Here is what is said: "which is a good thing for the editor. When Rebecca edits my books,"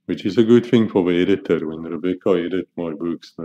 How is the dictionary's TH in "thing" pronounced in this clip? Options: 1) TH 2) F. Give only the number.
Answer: 1